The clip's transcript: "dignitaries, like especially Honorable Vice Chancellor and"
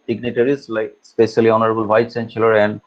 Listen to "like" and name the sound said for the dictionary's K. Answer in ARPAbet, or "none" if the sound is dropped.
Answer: none